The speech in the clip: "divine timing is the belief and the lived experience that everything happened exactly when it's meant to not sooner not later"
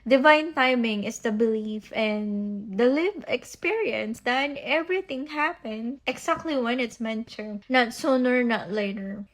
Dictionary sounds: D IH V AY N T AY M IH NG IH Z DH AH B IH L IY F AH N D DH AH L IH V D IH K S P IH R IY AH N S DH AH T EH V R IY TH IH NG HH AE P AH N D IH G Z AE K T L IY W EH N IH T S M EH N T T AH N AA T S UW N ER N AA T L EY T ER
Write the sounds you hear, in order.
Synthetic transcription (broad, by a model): D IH V AY N T AY M IH NG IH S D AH B IH L IY F AH N D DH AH L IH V IH K S P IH R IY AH N S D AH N EH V R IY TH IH NG HH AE P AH N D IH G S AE K T L IY W EH N IH T S M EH N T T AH N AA T S UW N ER N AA T L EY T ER